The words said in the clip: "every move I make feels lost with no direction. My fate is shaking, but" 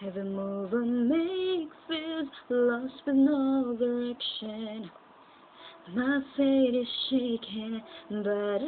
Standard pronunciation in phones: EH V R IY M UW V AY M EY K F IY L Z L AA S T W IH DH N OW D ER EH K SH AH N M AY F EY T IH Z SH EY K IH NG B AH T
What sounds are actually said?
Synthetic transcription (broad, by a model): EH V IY M UW V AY M EY K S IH Z L AA S T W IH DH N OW D ER EH K SH AH N M AY F EY T IH Z SH EY K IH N B AH T